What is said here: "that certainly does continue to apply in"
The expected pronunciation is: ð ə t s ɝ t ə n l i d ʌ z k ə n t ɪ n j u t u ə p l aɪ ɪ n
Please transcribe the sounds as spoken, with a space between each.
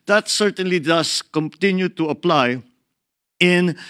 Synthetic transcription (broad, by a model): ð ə t s ɝ t ə n l i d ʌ s k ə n t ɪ n j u t u ə p l aɪ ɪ n